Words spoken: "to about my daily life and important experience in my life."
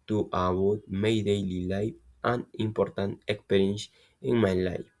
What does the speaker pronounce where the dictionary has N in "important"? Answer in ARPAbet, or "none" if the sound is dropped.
N